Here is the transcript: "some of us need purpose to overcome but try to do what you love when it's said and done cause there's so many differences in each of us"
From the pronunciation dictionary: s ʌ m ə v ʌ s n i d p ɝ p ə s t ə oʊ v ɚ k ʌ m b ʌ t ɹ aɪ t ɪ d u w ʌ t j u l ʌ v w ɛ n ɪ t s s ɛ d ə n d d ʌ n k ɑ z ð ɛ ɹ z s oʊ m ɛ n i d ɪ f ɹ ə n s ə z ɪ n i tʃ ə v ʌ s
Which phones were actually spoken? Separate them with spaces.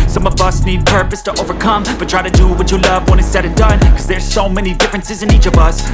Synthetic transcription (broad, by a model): s ʌ m ə v ʌ s n i d p ɝ p ə s t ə oʊ v ɚ k ʌ m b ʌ t ɹ aɪ t ɪ d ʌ w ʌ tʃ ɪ l ʌ v w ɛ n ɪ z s s ɛ d ə n d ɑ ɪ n k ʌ z ð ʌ ɹ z s oʊ m ɛ n i d ɪ f ɹ ə n s ə z ɪ n i tʃ ə v ʌ s